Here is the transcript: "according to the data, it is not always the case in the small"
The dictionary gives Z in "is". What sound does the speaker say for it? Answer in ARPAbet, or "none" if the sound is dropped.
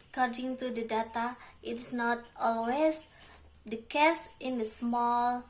S